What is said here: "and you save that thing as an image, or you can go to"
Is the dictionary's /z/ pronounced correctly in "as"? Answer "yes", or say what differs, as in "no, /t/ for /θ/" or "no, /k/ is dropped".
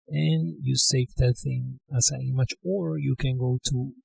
no, /s/ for /z/